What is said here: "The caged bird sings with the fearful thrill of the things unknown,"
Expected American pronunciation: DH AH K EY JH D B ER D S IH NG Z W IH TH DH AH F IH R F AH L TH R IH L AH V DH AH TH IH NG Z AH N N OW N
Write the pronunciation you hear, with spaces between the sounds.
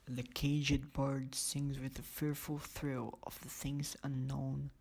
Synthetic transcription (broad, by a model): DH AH K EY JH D B ER D S IH NG Z W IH DH AH F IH R F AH L TH R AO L AH V DH AH TH IH NG Z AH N N OW N